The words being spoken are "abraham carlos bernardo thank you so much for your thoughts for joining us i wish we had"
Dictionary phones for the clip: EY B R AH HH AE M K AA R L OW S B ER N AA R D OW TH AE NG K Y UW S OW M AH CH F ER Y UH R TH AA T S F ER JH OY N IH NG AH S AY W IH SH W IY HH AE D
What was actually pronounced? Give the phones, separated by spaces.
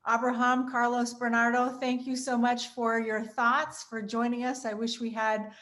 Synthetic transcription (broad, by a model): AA B R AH HH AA M K AA R L OW S B ER N AA R D OW TH AE NG K Y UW S OW M AH CH F ER Y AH R TH AA T S F ER JH OY N IH NG AH S AY W IH SH W IY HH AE D